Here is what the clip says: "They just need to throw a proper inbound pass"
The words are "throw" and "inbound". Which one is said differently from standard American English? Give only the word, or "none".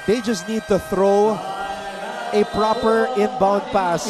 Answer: none